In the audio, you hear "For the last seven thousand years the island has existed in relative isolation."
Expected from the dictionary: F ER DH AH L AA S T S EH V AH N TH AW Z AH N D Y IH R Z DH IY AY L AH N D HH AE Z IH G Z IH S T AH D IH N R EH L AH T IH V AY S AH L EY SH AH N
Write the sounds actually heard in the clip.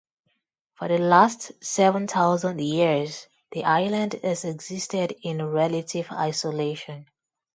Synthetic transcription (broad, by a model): F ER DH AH L AA S T S EH V AH N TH AW Z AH N D Y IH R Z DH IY AY L AH N D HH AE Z IH G Z IH S T AH D IH N R EH L AH T IH V AY S AH L EY SH AH N